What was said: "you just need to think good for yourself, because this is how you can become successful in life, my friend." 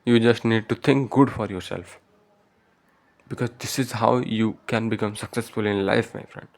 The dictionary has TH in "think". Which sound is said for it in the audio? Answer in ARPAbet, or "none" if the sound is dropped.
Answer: T